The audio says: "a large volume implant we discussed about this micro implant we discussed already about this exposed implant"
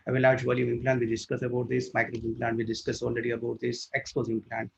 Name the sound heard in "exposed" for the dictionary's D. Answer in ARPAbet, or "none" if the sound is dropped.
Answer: none